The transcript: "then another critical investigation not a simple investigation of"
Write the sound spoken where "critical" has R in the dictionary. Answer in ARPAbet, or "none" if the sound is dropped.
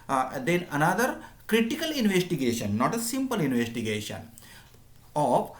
R